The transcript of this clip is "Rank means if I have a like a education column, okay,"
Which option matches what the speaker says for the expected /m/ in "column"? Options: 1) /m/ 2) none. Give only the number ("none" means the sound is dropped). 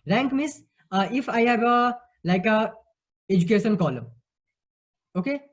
2